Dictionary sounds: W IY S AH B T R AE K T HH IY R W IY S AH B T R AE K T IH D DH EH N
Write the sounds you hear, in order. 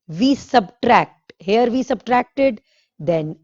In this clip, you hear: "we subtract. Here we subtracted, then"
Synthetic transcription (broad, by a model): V IY S AH B T R AE K T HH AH R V IY S AH B T R AE K T IH D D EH N